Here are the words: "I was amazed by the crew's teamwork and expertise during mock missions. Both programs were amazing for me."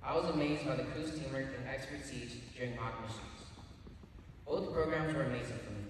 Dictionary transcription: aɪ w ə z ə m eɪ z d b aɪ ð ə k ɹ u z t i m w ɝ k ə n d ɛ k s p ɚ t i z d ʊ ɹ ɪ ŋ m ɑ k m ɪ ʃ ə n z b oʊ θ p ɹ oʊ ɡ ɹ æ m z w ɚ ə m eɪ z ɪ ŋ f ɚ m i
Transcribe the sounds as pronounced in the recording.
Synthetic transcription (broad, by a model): aɪ w ə z ə m eɪ z d b aɪ ð ə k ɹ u s t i m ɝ ə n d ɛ k s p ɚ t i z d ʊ ɹ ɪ ŋ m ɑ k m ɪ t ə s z b oʊ θ p ɹ oʊ ɡ ɹ æ m z w ɚ ə m eɪ z ɪ ŋ f ɚ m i